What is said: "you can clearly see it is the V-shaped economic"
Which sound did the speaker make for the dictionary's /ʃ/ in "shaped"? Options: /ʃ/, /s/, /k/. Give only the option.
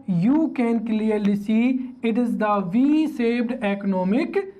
/s/